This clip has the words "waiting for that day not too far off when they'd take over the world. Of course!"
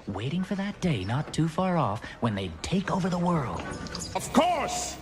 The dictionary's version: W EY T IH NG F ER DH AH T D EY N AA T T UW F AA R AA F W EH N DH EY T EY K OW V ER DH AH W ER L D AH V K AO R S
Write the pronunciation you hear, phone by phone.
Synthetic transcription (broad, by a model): W EY T IH NG F ER DH AH T D EY N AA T T UW F AA R AA F W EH N DH EY T EY K OW V ER DH AH W ER L D AH V K AO R S